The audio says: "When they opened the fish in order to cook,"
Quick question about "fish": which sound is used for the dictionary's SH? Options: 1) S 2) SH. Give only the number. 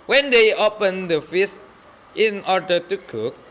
1